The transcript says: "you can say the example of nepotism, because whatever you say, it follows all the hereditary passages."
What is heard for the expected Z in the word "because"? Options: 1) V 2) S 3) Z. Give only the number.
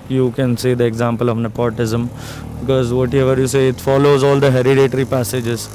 3